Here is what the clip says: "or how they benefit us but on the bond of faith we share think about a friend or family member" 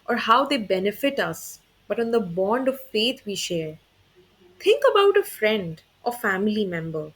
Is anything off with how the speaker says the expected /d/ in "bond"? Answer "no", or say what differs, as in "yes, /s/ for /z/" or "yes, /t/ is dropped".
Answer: no